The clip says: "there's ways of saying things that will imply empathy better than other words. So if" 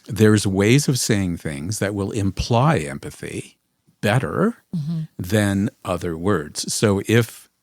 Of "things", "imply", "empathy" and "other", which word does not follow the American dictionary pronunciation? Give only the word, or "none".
none